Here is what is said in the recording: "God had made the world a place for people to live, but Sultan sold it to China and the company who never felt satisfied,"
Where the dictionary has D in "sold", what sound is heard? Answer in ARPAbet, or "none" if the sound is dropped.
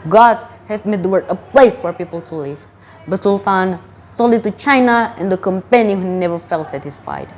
none